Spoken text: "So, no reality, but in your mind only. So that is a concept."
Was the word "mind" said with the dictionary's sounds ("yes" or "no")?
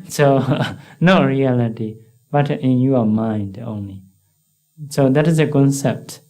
yes